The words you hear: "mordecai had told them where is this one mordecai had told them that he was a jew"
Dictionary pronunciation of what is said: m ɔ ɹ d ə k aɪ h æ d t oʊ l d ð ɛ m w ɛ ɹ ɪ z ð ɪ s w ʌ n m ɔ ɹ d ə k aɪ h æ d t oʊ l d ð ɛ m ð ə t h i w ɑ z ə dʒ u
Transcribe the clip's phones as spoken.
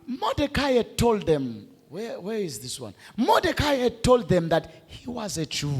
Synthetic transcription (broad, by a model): m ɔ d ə k aɪ h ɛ d t oʊ l d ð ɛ m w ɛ w ɪ z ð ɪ s w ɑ n m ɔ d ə k aɪ h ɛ d t oʊ l d ð ɛ m ð ə t h i w ɑ z ə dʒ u